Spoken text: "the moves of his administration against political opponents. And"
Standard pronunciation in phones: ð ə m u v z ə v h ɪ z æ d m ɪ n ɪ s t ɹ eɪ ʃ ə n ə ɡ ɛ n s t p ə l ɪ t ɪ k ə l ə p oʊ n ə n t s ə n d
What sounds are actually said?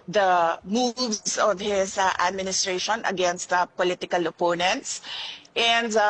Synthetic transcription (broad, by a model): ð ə m u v s ə v h ɪ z æ d m ɪ n ɪ s t ɹ eɪ ʃ ə n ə ɡ ɛ n s t p ə l ɪ t ɪ k ə l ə p oʊ n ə n t s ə n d